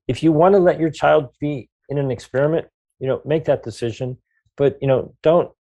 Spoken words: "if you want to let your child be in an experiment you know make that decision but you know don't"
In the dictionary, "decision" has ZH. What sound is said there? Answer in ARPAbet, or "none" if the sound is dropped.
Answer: ZH